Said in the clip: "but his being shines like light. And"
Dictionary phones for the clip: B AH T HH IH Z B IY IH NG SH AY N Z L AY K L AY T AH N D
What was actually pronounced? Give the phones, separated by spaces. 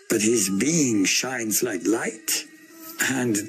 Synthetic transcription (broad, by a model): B AH T HH IH Z B IY IH NG SH AY N Z L AY K L AY T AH N